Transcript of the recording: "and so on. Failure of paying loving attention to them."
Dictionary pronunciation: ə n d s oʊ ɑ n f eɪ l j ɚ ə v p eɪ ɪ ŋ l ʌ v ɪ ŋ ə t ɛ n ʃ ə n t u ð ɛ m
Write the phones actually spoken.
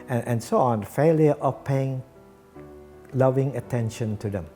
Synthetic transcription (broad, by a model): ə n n s oʊ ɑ n f eɪ l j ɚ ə f p eɪ ɪ ŋ l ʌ v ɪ ŋ ə t ɛ n ʃ ə n t u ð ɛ m